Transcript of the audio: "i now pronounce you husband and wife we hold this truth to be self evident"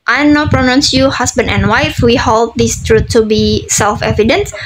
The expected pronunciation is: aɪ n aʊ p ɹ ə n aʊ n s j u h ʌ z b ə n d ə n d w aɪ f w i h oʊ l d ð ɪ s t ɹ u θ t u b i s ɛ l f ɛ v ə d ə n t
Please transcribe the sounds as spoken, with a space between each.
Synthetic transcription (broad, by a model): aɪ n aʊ p ɹ ə n aʊ n s j u h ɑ s b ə n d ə n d w aɪ f w i h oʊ l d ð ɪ s t ɹ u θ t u b i s ɛ l f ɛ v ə d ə n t